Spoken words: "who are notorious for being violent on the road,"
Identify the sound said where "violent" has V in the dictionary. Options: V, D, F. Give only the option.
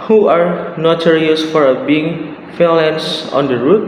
F